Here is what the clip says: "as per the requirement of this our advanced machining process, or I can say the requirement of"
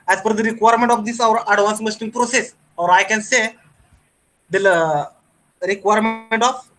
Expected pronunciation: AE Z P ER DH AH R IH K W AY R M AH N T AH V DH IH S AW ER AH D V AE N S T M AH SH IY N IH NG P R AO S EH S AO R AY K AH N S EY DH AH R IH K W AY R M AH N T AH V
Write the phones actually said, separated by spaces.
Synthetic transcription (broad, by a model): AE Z F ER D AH R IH K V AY R M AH N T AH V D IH S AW ER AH D V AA N S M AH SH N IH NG P R AO S EH S AO R AY K AH N S EY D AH R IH K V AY R M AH N T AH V